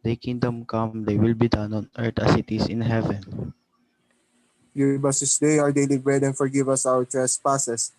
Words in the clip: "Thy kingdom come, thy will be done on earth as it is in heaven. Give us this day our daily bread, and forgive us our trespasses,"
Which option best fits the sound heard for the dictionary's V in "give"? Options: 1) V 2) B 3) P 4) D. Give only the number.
2